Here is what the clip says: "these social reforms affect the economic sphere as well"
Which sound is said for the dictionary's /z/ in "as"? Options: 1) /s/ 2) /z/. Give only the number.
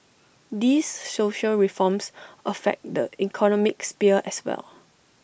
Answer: 1